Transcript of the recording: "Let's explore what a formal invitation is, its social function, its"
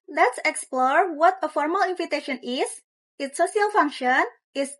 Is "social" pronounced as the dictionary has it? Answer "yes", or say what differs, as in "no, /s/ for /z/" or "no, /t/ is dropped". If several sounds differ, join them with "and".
no, /ʃ/ is dropped